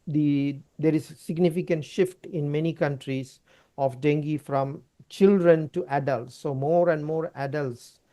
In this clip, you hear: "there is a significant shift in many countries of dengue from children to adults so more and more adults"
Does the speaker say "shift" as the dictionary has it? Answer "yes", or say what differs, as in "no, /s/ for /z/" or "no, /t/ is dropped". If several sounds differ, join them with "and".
yes